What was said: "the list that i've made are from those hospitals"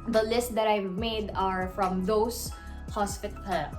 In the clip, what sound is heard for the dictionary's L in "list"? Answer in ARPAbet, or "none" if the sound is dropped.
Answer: L